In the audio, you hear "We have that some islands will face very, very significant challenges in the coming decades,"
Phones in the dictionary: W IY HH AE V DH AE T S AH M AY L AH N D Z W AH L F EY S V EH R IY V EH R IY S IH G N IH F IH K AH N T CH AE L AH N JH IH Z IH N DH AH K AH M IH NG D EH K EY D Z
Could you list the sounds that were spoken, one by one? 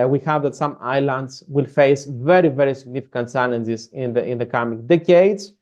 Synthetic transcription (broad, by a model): W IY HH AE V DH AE T S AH M AY L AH N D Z W AH L F EY S V EH R IY V EH R IY S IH G N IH F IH K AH N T S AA N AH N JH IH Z IH N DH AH K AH M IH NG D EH K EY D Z